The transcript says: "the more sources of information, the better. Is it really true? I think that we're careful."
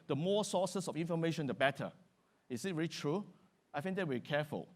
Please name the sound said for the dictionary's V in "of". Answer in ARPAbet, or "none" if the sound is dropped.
F